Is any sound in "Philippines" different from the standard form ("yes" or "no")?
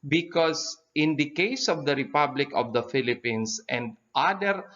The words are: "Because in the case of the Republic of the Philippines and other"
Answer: yes